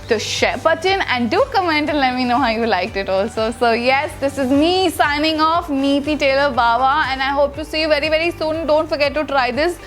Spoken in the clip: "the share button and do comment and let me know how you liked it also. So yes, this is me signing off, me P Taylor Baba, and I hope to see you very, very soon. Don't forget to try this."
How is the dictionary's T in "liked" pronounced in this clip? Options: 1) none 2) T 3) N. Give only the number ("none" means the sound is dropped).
2